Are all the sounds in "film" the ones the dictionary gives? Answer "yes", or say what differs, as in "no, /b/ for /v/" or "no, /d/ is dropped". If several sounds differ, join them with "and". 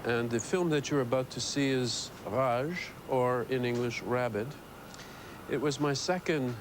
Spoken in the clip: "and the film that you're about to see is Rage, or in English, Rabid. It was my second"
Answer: yes